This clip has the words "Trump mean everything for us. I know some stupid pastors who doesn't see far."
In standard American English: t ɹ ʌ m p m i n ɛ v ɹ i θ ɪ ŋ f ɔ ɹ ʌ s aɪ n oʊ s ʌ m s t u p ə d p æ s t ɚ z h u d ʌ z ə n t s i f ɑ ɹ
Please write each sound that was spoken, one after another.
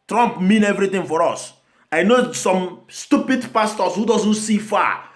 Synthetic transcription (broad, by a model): t ɹ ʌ m p m i n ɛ v ɹ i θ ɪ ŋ f ɔ ɹ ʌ s aɪ n oʊ s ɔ m s t u p ə d p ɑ s t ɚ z h u d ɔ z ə n t s i f ɑ